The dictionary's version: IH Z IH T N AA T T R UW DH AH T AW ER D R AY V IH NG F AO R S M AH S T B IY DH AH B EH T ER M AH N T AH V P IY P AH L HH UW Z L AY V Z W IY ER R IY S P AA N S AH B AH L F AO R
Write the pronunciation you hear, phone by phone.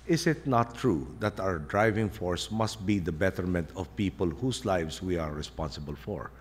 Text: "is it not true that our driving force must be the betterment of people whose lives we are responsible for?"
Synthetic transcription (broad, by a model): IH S IH T N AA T T R UW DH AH T AW ER D R AY V IH NG F AO R S M AH S T B IY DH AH B EH T ER M AH N T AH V P IY P AH L HH UW S L AY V S W IY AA R IY S P AA N S AH B AH L F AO R